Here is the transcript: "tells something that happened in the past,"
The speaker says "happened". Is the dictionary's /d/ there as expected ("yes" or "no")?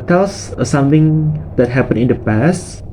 no